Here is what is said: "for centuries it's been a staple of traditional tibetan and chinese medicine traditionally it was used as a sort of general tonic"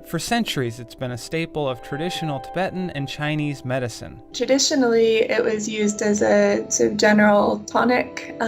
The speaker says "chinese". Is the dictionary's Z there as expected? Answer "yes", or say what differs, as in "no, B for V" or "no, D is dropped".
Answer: yes